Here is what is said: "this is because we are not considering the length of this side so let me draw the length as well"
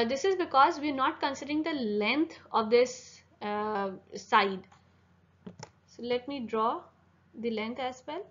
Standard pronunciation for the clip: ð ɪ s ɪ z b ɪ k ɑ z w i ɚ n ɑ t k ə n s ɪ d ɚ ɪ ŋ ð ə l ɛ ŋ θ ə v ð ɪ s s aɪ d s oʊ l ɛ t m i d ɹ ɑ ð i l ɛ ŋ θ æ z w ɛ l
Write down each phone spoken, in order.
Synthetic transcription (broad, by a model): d ɪ s ɪ z b ɪ k ɑ z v i ɚ n ɑ t k ə n s ɪ d ɚ ɪ ŋ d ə l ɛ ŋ t ə v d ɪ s s aɪ d s oʊ l ɛ t m i d ɹ ɑ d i l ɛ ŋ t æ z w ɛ l